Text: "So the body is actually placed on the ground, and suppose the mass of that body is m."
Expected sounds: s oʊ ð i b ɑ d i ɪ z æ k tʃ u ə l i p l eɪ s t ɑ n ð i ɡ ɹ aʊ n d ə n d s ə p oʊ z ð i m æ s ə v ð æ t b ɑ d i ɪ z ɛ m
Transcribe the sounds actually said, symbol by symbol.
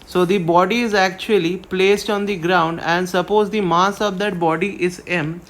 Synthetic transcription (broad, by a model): s oʊ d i b ɑ d i ɪ z æ k tʃ u ə l i p l eɪ s t ɑ n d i ɡ ɹ aʊ n d ə n d s ə p oʊ z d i m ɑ s ə v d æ t b ɑ d i ɪ z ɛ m